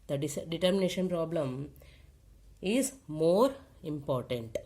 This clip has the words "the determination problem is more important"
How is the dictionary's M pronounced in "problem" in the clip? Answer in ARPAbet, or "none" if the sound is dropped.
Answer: M